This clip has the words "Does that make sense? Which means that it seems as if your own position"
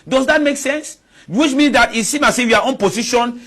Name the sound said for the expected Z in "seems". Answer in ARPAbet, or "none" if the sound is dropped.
none